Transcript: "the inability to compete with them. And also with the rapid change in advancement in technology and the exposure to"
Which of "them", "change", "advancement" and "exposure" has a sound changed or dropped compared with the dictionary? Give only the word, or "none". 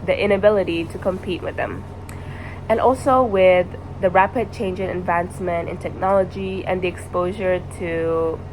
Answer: none